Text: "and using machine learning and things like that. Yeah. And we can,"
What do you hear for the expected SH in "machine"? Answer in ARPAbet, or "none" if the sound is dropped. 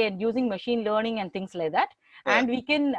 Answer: SH